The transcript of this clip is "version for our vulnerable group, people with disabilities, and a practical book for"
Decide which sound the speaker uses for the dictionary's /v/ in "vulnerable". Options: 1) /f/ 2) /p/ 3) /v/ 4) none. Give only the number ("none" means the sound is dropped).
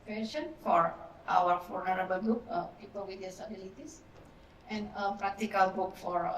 1